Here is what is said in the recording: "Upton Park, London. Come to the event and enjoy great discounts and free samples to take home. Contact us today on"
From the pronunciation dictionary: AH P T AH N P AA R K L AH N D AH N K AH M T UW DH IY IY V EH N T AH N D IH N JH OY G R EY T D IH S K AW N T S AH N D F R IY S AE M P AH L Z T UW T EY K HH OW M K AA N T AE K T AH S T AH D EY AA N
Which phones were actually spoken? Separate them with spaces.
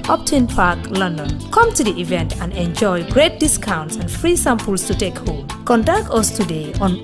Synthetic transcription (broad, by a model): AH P T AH N P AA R K L AH N D AH N K AH M T UW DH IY IY V EH N T AH N D IH N JH OY G R EY T D IH S K AW N T S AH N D F R IY S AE M P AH L S T UW T EY K HH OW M K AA N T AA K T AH S T AH D EY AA N